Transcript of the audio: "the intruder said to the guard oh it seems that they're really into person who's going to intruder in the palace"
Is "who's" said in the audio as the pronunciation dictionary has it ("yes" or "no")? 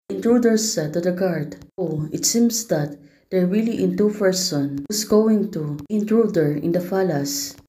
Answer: no